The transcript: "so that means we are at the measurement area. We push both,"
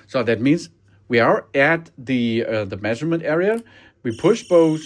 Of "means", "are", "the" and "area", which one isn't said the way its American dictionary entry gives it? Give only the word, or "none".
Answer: none